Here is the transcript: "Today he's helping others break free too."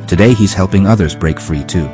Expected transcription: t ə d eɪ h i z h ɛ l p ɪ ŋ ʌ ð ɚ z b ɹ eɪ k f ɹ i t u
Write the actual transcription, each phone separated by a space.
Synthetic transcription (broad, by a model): t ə d eɪ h i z h ɛ l p ɪ ŋ ʌ ð ɚ z b ɹ eɪ k f ɹ i t u